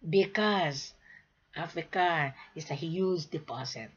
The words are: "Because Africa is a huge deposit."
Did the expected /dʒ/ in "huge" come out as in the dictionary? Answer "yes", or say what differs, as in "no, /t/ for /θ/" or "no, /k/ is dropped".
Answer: no, /z/ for /dʒ/